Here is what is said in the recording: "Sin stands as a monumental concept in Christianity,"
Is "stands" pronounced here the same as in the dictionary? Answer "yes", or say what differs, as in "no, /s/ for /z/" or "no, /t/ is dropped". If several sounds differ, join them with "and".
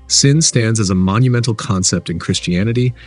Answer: yes